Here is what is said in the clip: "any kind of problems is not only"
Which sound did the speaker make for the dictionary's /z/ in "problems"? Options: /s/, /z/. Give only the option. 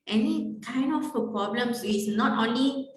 /s/